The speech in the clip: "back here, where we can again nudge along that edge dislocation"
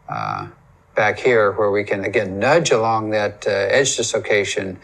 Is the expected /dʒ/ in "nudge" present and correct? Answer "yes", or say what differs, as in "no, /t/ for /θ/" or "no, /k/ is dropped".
yes